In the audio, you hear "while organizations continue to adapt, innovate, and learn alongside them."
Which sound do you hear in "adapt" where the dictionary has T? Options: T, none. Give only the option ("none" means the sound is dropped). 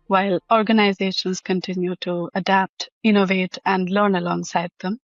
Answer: T